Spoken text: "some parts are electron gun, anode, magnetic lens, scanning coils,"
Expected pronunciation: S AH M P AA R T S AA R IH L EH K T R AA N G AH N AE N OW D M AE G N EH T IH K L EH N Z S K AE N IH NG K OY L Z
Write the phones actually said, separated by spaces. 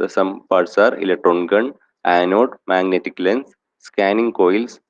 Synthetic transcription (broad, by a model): S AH M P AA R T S AA R IH L EH K T R AA N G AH N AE N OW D M AE G N EH T IH K L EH N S K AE N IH NG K OY L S